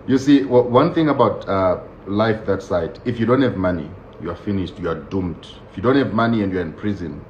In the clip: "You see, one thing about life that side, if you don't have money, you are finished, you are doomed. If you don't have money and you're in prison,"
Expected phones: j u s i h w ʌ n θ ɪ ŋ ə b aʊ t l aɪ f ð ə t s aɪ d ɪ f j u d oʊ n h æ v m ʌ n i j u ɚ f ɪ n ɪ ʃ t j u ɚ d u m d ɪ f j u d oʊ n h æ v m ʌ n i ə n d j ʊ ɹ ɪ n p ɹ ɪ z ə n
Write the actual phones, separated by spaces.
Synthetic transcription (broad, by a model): j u s i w w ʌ n θ ɪ ŋ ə b aʊ t l aɪ f ð ə t s aɪ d ɪ f j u d oʊ n h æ v m ʌ n i j u ɚ f ɪ n ɪ ʃ t j u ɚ d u m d ɪ f j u d oʊ n h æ v m ʌ n i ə n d j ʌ ɹ ɪ n p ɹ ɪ z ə n